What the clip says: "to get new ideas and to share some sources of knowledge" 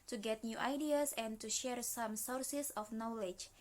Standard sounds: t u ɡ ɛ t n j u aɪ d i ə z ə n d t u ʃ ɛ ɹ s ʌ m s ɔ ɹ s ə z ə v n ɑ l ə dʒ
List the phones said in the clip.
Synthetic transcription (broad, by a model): t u ɡ ɛ t n j u aɪ d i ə s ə n t u ʃ ɛ ɹ s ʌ m s ɔ ɹ s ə s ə f n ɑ l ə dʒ